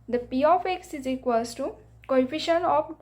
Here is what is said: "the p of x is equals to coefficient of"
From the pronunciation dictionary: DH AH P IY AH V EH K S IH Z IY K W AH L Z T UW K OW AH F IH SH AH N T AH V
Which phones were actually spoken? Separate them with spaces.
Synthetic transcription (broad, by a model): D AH P IY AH F EH K S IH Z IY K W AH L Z T UW K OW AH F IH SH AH N AH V